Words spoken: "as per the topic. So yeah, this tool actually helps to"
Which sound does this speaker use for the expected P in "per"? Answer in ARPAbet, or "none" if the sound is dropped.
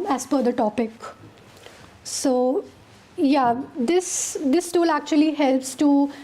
F